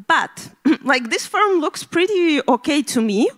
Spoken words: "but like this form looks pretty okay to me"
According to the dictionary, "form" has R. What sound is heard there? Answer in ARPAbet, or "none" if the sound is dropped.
L